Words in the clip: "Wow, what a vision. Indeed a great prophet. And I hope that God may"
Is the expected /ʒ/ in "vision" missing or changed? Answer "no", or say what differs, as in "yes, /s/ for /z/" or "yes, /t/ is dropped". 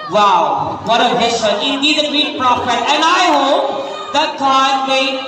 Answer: yes, /s/ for /ʒ/